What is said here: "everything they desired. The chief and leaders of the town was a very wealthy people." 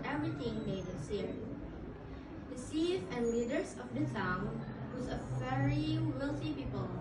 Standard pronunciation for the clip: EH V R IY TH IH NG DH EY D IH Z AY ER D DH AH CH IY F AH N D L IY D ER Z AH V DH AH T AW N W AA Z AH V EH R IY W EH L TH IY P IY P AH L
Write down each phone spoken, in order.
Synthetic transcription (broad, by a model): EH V R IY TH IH NG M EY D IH S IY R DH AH S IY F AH N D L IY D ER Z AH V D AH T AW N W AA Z AH V EH R IY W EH L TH IY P IY P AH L